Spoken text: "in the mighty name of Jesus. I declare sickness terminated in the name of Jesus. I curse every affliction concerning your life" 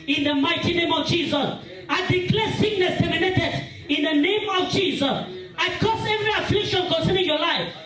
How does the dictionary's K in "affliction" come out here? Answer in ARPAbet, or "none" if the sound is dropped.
K